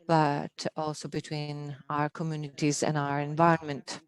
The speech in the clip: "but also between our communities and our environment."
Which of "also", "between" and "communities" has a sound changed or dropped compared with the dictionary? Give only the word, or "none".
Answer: none